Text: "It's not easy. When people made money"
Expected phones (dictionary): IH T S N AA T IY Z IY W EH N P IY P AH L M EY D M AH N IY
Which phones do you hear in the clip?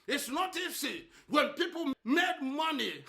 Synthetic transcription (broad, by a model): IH T S N AA T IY S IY W EH N P IY P AH L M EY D M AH N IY